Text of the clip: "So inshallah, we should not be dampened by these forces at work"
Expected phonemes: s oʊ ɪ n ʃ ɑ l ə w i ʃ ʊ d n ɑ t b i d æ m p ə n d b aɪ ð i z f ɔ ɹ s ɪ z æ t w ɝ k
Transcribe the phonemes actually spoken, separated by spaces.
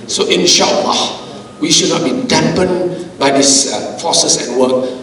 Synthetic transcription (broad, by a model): s oʊ ɪ n ʃ ɑ l ə w i ʃ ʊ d n ɑ t b i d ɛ m p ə n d b aɪ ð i s f ɔ s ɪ s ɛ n w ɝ k